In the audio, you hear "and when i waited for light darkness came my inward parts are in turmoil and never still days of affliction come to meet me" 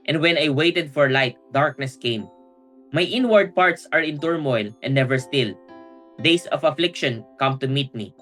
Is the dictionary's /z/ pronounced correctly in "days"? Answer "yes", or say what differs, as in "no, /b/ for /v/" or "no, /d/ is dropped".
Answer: no, /s/ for /z/